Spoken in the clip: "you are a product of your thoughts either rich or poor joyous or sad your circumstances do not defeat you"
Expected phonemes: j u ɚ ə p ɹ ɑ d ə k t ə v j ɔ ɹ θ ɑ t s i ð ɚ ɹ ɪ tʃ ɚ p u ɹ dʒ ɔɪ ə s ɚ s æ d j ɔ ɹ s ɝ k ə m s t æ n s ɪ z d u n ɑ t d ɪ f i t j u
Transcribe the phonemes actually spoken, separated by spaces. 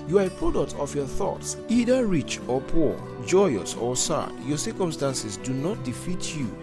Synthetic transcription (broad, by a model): j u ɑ ə p ɹ ɑ d ə k t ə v j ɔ θ ɑ t s i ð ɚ ɹ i tʃ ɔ p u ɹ dʒ ɔɪ ə s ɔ s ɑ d j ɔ s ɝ k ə m s t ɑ n s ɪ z d u n ɑ t d ɪ f i t j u